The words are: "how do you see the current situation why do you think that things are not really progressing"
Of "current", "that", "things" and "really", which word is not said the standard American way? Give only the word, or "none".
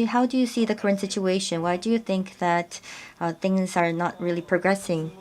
none